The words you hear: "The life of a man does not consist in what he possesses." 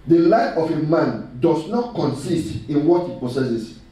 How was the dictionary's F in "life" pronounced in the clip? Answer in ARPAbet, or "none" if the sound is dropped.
none